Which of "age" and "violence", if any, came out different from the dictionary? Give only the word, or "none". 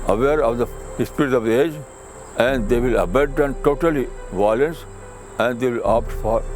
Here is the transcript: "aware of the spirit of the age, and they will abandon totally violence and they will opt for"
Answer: none